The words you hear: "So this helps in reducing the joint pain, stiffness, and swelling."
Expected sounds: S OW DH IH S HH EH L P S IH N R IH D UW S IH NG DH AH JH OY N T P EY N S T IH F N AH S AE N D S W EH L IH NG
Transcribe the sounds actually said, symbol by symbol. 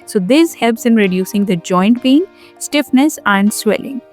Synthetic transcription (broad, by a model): S OW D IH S HH EH L P S IH N R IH D UW S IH NG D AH JH OY N T B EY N S T IH F N AH S AE N D S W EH L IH NG